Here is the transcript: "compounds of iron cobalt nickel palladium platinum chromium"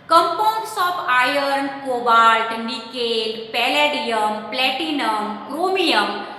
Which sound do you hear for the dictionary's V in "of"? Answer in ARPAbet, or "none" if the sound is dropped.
P